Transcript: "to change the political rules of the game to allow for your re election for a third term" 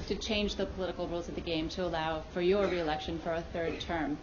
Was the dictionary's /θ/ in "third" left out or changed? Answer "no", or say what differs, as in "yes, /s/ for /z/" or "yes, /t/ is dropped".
no